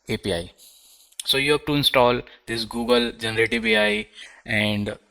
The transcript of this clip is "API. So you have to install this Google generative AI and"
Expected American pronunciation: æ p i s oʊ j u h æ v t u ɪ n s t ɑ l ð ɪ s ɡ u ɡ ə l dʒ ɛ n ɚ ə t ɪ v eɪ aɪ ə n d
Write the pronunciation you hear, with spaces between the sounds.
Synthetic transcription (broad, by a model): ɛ p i s oʊ j u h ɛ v t u ɪ n s t ɑ l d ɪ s ɡ u ɡ ə l dʒ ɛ n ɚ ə t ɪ b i aɪ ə n d